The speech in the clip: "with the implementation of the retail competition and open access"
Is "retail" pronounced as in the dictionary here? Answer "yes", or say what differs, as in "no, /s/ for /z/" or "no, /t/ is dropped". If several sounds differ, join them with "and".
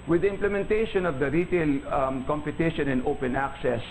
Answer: yes